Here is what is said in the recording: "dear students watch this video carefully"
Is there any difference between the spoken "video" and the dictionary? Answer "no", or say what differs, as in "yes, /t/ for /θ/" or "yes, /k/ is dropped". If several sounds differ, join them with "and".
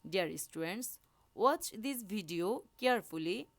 yes, /b/ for /v/